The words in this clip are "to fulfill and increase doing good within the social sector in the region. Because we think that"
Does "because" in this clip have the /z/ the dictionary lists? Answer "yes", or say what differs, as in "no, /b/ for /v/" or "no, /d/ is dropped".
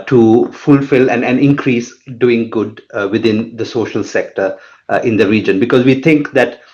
yes